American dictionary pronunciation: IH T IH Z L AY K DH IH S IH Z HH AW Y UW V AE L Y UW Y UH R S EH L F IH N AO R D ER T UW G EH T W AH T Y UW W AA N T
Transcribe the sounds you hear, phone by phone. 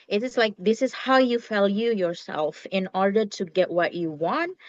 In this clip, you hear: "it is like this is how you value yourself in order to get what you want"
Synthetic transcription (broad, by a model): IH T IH S L AY K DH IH S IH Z HH AW Y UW F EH L Y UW Y UH R S EH L F IH N AO R D ER T UW G EH T W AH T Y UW W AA N T